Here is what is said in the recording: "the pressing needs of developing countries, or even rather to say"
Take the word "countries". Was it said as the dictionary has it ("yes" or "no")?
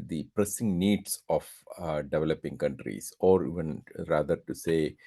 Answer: no